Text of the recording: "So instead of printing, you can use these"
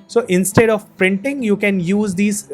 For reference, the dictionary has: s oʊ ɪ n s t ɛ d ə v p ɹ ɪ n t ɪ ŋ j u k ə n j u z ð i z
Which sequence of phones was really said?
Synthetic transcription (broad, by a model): s oʊ ɪ n s t ɛ d ə v p ɹ ɪ n t ɪ ŋ j u k ə n j u z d i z